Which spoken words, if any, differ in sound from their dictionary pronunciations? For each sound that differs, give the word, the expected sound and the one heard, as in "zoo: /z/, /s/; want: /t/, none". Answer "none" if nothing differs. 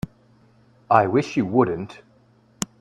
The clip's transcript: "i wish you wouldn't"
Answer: none